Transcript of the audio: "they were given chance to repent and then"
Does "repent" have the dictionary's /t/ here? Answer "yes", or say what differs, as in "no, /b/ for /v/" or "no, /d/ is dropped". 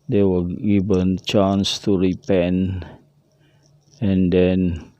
no, /t/ is dropped